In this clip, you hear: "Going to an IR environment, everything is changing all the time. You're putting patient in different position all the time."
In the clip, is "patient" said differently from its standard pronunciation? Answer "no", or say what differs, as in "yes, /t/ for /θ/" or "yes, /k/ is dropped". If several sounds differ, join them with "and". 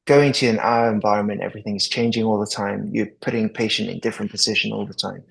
no